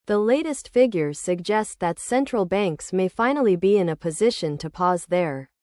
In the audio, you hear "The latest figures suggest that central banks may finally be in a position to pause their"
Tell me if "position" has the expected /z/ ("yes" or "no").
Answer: yes